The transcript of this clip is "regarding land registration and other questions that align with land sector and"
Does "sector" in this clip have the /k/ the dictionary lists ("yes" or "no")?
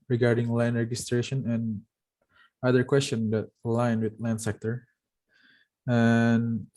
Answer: yes